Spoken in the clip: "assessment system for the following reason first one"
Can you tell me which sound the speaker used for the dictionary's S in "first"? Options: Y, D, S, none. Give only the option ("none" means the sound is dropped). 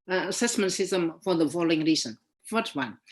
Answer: none